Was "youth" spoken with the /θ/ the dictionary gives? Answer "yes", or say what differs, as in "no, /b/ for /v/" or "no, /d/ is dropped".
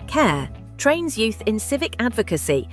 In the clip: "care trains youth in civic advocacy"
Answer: yes